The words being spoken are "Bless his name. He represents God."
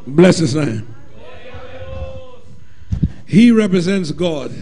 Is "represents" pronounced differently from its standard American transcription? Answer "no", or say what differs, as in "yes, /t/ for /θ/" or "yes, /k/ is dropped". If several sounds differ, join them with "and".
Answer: no